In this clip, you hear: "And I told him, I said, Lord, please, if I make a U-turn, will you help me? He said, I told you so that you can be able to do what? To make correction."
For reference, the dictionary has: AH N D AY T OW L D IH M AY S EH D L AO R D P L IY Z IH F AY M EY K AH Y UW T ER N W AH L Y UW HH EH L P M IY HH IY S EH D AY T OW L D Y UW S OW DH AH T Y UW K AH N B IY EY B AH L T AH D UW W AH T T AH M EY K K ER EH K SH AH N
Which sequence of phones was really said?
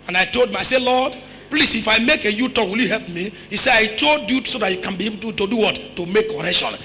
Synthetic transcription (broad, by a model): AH N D AY T OW L D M AY S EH L AO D P L IY S IH F AY M EY K AH Y UW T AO W AH L Y UW HH EH L P M IY HH IY S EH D AY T OW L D Y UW S OW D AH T Y UW K AH N B IY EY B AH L T AH D UW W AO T T AH M EY K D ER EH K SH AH N